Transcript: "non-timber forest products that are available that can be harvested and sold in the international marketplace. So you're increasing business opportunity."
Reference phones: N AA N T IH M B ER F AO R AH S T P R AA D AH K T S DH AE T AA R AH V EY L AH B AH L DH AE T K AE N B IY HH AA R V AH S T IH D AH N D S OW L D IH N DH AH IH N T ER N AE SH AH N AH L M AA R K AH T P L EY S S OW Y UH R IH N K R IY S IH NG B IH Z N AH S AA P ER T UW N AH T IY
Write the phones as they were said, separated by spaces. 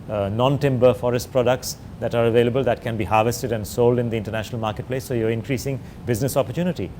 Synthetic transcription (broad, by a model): N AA N T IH M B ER F AO R AH S T P R AA D AH K T S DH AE T AA R AH V EY L AH B AH L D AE T K AE N B IY HH AA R V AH S T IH D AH N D S OW L D IH N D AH IH N T ER N AE SH AH N AH L M AA R K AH T P L EY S S OW Y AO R IH N K R IY S IH NG B IH Z N AH S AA P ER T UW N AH T IY